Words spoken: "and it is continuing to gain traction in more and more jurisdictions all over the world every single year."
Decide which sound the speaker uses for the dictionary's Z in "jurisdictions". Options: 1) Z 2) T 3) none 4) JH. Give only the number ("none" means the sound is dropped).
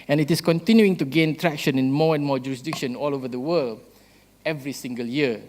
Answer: 3